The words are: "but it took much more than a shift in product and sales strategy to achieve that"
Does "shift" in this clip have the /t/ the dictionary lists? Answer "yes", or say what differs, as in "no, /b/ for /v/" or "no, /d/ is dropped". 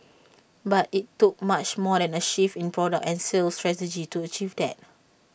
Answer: no, /t/ is dropped